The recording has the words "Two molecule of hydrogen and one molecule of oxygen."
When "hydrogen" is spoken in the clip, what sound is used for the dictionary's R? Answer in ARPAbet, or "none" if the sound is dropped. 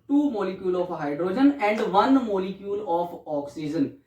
R